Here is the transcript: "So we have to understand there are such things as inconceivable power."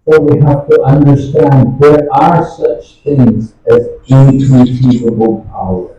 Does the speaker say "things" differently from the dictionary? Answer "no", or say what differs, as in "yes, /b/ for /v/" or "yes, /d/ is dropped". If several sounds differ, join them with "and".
no